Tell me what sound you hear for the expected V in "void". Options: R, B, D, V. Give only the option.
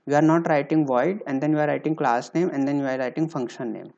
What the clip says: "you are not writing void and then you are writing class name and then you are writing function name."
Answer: V